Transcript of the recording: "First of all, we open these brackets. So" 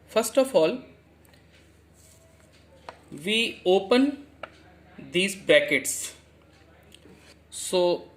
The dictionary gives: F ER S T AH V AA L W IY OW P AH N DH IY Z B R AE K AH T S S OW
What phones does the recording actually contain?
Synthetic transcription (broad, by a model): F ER S T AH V AA L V IY OW P AH N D IY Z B AE K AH T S S OW